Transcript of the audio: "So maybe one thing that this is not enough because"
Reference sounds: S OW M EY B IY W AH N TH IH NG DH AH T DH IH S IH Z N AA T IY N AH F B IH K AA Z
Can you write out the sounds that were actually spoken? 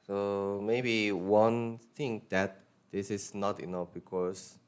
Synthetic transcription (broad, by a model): S OW M EY B IY W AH N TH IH NG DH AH T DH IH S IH S N AA T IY N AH F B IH K AA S